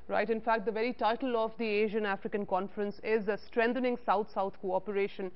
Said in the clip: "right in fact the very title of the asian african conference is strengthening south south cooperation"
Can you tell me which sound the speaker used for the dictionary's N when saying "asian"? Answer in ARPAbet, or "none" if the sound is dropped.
N